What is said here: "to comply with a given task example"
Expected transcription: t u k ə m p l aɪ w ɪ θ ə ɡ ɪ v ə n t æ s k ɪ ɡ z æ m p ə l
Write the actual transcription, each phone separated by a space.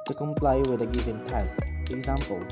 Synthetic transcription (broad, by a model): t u k ə m p l aɪ w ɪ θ ə ɡ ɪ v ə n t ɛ s ɪ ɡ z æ m p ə l